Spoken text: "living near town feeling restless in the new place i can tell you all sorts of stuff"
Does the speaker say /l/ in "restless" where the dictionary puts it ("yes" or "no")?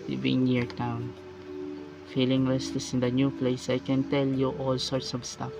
no